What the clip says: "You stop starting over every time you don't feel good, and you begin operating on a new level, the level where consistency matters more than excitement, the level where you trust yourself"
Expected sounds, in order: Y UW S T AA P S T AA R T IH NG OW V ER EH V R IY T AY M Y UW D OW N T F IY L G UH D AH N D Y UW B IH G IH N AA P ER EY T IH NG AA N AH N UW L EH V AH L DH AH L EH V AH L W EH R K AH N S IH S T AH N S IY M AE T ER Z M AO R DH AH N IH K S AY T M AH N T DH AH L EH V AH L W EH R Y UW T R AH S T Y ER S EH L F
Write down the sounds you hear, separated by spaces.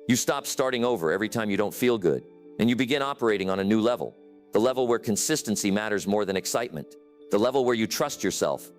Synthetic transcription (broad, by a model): Y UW S T AA P S T AA R T IH NG OW V ER EH V R IY T AY M Y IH D OW N T F IY L G UH D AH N Y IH B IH G IH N AA P ER EY T IH NG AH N AH N UW L EH V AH L DH AH L EH V L W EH R K AH N S IH S T AH N S IY M AE T ER Z M AO R DH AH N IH K S AY T M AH N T DH AH L EH V L W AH R Y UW T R AH S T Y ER S EH L F